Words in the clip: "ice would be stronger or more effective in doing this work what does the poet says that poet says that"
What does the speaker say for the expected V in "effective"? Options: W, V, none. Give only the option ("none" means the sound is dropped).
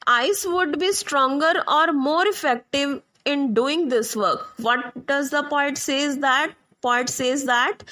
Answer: V